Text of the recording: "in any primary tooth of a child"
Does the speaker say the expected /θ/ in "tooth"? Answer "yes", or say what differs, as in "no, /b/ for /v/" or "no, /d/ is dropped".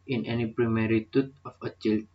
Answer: no, /t/ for /θ/